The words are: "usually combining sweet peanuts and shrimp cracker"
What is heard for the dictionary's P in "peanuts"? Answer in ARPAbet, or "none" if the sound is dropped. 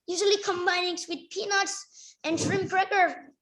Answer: P